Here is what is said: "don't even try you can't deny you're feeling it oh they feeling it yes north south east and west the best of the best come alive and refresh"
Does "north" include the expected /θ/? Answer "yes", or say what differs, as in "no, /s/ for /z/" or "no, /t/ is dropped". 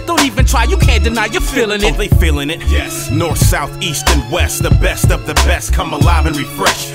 yes